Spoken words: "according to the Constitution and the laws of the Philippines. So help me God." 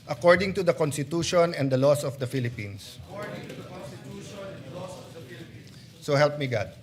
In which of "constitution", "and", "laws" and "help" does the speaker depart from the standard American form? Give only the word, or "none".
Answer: laws